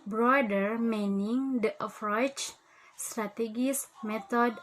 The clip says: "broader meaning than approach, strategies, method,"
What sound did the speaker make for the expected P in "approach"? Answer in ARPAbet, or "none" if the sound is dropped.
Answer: F